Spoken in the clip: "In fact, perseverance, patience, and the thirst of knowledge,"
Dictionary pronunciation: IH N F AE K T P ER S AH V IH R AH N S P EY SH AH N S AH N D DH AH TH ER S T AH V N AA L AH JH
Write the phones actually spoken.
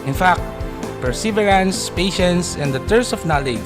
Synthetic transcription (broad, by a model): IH N F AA K T P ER S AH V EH R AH N S P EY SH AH N S AH N D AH T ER S AH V N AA L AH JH